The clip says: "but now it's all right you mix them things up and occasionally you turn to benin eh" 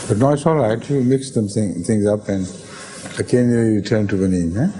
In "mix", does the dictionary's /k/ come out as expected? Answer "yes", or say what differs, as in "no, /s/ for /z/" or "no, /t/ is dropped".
yes